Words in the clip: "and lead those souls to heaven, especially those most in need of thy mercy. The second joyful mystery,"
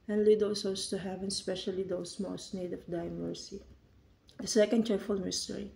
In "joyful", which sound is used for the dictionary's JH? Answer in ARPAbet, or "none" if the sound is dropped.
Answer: CH